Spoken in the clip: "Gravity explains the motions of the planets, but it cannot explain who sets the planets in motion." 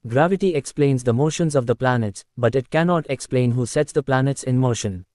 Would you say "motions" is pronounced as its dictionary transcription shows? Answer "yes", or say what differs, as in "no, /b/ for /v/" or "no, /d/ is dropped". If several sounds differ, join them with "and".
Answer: yes